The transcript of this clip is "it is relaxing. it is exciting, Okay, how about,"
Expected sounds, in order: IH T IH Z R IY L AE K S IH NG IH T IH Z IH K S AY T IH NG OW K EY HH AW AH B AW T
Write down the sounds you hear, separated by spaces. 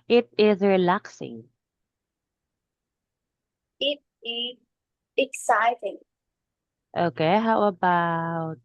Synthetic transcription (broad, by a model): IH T IH Z R IY L AE K S IH NG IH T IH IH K S AY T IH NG OW K EY HH AW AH B AW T